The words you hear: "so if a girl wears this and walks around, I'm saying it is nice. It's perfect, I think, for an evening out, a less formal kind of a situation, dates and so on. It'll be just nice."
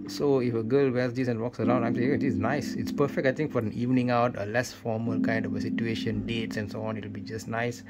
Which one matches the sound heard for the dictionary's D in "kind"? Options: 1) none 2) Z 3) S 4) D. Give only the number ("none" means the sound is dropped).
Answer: 4